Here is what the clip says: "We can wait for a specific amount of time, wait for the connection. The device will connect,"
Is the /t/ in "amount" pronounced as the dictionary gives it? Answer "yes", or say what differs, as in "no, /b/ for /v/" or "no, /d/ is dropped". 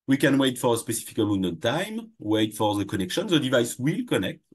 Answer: no, /t/ is dropped